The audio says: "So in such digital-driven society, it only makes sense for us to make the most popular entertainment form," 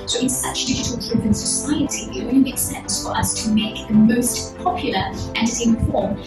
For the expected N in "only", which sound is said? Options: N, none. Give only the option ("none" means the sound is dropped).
none